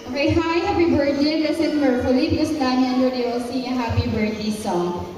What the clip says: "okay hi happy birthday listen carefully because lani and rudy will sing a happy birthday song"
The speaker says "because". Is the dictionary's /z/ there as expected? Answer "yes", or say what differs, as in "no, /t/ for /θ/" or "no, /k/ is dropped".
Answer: no, /s/ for /z/